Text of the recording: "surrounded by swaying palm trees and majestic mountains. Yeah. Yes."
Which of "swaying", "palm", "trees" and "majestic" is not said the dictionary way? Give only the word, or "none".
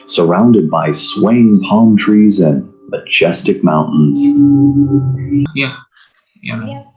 none